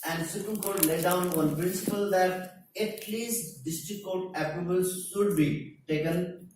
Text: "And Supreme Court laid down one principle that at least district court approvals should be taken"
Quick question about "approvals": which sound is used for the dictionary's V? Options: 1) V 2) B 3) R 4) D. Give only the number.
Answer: 2